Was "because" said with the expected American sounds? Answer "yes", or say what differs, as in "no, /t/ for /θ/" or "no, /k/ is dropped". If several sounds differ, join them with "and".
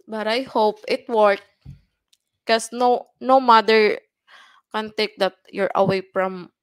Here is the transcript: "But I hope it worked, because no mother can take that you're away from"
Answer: no, /z/ is dropped